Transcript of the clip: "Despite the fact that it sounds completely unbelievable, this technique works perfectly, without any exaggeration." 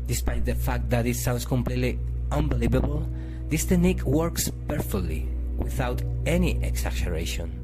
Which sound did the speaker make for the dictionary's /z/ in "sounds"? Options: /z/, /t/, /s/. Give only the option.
/s/